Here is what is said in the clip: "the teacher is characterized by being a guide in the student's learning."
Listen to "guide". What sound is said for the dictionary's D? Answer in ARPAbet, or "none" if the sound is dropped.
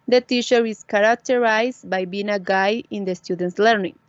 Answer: none